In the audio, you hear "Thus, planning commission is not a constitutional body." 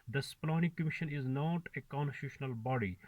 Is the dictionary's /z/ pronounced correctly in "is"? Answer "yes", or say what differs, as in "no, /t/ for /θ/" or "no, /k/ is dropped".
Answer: yes